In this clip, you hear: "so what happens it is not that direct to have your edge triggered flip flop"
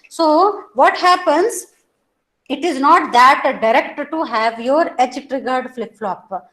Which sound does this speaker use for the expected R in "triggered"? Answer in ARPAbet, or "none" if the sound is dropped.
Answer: R